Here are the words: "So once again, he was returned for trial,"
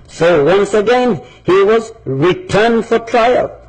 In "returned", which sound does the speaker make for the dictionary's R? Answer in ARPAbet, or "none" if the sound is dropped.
R